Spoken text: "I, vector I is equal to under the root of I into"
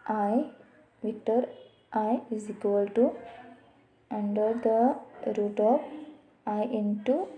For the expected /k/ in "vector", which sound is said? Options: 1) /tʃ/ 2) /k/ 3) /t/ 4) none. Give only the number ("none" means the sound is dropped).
4